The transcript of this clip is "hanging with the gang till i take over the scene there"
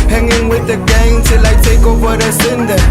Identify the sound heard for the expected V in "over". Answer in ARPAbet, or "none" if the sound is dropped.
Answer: W